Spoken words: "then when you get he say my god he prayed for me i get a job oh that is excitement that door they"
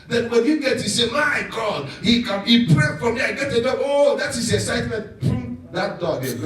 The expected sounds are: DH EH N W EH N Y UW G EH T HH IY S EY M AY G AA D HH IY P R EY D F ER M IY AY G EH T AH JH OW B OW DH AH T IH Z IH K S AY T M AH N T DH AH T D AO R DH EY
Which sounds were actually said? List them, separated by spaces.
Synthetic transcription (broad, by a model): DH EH N W EH N Y UW G EH T HH IY S EY M AY G AA D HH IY P R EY F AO M IY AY G EH T AH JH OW OW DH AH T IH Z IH K S AY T M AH N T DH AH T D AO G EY